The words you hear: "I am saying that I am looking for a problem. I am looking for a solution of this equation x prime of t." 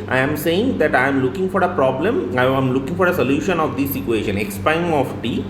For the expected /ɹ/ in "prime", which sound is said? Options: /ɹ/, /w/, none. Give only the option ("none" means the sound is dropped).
none